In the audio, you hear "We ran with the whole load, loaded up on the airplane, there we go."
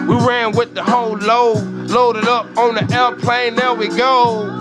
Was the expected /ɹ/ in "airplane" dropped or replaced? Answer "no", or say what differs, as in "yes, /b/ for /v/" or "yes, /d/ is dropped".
yes, /l/ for /ɹ/